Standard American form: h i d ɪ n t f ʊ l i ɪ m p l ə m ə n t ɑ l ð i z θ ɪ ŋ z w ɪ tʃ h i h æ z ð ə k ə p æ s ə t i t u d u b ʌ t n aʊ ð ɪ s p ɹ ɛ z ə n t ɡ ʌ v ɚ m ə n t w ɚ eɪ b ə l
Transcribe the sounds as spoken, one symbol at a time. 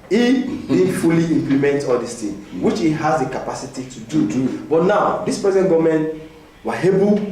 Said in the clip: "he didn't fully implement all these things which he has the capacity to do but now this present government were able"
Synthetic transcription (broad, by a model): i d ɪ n f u l i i m p l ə m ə n t ɑ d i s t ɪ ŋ w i tʃ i h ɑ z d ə k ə p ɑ s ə t i t u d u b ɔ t n aʊ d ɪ s p ɹ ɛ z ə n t ɡ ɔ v m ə n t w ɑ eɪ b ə